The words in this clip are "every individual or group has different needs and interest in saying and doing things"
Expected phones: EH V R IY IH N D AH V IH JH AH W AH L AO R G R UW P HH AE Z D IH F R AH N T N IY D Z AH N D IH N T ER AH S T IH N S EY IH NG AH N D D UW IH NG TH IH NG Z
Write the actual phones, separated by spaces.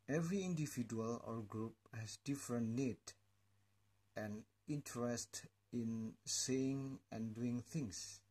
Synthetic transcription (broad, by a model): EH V R IY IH N D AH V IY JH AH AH L AO R G R UW P HH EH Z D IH F R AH N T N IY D AH N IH N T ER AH S T IH N S EY IH NG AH N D D UW IH NG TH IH NG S